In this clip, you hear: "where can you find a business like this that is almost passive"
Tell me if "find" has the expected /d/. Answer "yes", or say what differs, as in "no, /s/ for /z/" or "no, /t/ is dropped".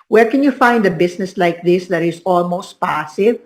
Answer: yes